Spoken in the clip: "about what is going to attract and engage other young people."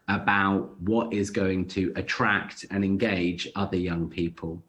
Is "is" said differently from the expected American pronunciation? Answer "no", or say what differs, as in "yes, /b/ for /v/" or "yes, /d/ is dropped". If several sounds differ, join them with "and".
no